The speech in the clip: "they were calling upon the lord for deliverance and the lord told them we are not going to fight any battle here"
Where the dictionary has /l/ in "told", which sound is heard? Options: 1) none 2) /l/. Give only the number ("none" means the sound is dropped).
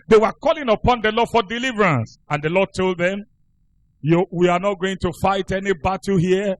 2